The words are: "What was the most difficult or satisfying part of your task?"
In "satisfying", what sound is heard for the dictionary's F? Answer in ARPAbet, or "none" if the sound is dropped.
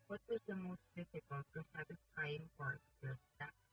P